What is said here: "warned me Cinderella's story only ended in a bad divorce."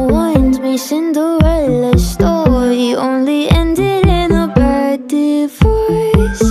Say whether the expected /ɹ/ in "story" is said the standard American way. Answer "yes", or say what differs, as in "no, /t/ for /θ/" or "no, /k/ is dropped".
no, /ɹ/ is dropped